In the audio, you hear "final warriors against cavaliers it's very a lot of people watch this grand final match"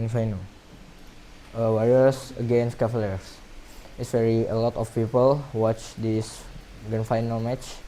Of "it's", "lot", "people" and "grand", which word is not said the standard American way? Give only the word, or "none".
grand